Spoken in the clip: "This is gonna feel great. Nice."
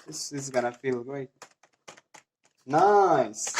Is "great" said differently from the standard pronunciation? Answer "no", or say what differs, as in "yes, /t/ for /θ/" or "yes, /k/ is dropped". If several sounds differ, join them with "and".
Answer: yes, /ɹ/ is dropped